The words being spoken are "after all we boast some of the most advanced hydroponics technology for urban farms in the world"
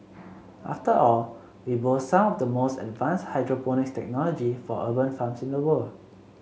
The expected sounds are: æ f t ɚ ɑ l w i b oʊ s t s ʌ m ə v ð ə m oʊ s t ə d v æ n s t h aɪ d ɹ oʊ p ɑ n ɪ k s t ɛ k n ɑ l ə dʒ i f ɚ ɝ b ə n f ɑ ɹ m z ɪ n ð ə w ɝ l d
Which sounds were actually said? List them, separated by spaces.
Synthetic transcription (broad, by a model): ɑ f t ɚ ɑ l w i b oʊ t s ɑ m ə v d ə m oʊ s t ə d v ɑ n s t h aɪ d ɹ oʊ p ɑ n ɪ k s t ɛ k n ɑ l ə dʒ i f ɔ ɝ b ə n f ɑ m s ɪ n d ə w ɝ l